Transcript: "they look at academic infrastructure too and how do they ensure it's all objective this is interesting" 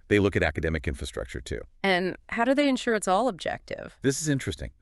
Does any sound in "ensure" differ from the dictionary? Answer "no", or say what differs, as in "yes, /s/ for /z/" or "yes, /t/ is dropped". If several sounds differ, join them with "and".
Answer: no